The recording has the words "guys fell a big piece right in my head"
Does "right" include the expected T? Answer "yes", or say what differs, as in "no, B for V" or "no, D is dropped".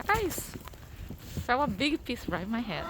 no, T is dropped